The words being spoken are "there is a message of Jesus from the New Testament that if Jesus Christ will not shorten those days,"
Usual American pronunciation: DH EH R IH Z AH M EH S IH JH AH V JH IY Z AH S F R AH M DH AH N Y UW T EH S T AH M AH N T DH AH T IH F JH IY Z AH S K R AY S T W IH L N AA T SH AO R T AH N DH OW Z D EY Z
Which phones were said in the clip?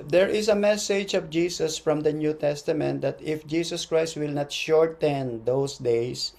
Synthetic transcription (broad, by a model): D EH R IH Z AH M EH S IH JH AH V JH IY S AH S F R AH M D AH N Y UW T EH S T AH M AH N T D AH T IH F JH IY S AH S K R AY S T W IH L N AA T SH AO R T AH N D OW S D EY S